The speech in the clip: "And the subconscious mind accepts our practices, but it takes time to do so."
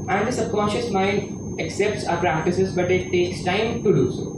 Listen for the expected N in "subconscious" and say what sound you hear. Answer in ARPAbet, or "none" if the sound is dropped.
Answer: none